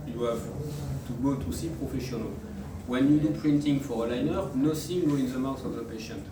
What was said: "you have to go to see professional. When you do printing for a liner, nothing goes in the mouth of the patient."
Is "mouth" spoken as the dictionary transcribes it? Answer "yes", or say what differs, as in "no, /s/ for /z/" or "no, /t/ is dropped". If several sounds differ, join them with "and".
no, /s/ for /θ/